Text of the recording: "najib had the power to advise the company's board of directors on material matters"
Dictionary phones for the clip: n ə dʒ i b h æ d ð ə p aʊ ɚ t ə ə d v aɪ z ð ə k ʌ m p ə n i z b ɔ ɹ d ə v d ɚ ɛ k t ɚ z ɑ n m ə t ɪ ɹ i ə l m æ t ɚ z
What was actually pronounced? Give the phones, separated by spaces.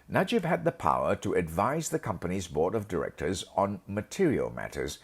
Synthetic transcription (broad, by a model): n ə dʒ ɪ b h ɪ d ð ə p aʊ ɚ t ə ə d v aɪ z ð ə k ʌ m p ə n i z b ɔ ɹ d ə v d ɚ ɛ k t ɚ z n m ə t ɪ ɹ i ə l m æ t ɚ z